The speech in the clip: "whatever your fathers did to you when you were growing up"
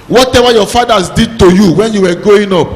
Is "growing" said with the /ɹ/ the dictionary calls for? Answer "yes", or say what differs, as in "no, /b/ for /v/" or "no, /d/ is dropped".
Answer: no, /ɹ/ is dropped